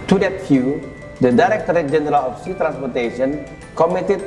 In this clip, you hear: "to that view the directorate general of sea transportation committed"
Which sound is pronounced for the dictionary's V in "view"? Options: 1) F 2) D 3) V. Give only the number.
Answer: 1